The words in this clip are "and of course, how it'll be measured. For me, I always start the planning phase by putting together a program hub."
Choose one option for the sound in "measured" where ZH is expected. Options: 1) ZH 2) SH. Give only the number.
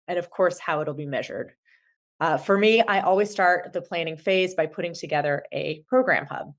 1